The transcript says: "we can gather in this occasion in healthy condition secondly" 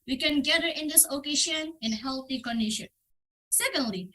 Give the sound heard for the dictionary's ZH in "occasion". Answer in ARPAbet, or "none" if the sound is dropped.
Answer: SH